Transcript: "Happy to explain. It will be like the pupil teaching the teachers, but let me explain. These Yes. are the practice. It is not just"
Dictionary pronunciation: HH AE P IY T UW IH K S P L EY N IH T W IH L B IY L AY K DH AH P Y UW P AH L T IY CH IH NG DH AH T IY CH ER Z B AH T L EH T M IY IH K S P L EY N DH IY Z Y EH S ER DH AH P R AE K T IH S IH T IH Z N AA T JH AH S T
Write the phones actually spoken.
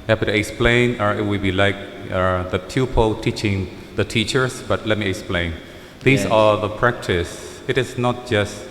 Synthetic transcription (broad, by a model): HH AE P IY T UW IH K S P L EY N IH T W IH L B IY L AY K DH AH P Y UW P AH L T IY CH IH NG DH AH T IY CH ER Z B AH T L EH T M IY IH K S P L EY N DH IY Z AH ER DH AH P R AE K T IH S IH T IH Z N AA T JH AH S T